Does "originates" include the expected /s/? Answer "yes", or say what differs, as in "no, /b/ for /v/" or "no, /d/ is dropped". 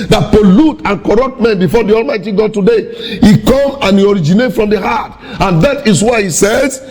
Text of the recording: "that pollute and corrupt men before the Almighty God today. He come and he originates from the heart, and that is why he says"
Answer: no, /s/ is dropped